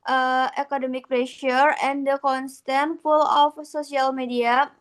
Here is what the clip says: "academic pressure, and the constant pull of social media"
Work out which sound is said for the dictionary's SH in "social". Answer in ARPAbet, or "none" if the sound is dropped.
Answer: S